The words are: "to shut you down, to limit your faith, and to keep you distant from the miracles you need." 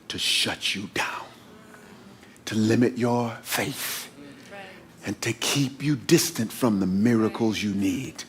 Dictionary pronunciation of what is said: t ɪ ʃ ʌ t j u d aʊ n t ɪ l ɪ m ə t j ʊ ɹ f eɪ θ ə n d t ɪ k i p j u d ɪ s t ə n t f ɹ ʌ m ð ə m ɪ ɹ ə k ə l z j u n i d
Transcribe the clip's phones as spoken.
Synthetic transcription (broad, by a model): t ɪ ʃ ʌ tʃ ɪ d aʊ n t ɪ l ɪ m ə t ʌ ɹ f eɪ θ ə n t ɪ k i p j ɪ d ɪ s t ə n t f ɹ ʌ m ð ə m ɪ ɹ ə k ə l z j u n i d